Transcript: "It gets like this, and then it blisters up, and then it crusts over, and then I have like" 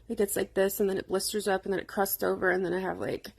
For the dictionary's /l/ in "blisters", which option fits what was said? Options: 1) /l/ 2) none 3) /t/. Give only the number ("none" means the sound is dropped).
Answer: 1